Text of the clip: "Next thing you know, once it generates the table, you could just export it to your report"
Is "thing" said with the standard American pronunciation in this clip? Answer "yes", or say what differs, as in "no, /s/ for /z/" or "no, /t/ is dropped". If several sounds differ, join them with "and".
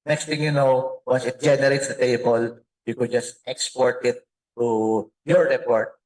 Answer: no, /t/ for /θ/